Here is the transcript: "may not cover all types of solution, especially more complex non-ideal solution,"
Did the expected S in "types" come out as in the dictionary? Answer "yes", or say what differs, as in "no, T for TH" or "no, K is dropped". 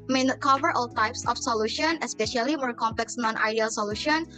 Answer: yes